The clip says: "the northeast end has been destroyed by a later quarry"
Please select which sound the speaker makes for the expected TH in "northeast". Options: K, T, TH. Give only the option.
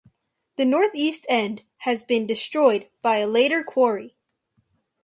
TH